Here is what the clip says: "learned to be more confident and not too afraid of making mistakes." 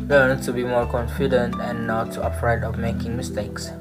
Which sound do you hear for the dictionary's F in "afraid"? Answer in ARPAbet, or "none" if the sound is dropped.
P